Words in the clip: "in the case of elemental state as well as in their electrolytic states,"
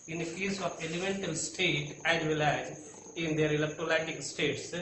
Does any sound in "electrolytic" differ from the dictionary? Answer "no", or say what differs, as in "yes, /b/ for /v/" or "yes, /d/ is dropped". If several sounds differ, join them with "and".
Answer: yes, /ɹ/ is dropped